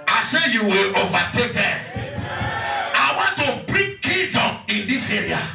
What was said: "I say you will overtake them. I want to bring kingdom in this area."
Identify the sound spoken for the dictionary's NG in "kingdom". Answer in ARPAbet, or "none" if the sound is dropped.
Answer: none